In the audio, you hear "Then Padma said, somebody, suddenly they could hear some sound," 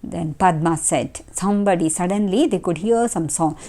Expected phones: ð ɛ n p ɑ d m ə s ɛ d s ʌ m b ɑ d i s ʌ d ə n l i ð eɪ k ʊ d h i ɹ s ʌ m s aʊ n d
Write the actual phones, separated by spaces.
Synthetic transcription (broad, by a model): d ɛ n p ɑ d m ə s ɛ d s ʌ m b ɑ d i s ʌ d ə n l i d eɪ k ʊ d h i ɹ s ʌ m s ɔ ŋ